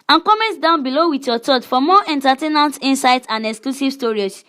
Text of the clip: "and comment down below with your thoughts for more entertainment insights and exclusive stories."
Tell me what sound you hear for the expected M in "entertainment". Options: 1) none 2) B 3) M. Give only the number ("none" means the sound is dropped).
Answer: 1